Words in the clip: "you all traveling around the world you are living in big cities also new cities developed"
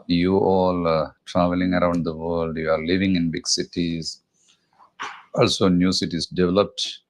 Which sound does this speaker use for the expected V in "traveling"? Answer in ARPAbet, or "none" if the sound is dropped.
V